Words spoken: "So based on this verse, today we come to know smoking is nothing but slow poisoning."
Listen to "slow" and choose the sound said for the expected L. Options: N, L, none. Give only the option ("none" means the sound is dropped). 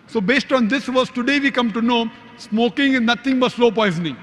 L